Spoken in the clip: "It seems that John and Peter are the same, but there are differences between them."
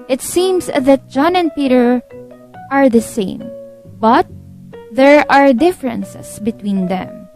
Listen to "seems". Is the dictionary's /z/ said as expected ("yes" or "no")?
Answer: no